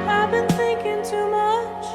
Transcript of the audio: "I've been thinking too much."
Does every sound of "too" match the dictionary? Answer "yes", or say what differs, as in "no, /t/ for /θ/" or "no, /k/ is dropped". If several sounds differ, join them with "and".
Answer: yes